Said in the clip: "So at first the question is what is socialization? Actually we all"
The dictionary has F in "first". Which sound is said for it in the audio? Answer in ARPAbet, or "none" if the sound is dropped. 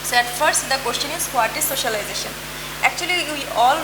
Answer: F